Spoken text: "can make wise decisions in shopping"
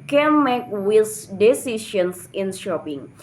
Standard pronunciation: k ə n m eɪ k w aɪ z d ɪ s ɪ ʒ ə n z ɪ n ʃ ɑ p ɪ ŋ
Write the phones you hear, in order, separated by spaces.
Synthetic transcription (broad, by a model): k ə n m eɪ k w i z d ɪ s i ʃ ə n s ɪ n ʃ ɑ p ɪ ŋ